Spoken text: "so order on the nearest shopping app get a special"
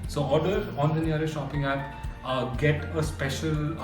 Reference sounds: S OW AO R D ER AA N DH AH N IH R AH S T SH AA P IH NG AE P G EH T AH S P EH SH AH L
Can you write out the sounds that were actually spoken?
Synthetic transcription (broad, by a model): S OW AO R D ER AA N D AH N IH AH T SH AA P IH NG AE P G EH T AH S P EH SH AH L